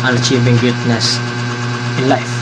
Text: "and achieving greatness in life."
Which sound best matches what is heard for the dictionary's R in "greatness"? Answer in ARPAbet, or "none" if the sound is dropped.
none